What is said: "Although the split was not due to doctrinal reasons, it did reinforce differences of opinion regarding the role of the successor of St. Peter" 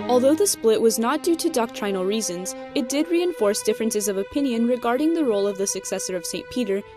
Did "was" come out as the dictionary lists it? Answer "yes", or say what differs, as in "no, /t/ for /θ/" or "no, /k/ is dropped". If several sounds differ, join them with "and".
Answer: yes